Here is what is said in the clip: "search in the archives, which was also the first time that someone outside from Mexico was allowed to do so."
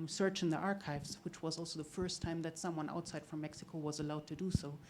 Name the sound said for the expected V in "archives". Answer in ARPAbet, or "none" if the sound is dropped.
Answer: V